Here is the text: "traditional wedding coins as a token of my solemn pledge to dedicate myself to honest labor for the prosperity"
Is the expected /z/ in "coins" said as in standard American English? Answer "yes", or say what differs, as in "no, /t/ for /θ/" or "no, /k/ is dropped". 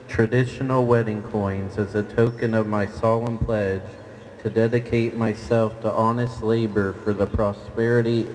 yes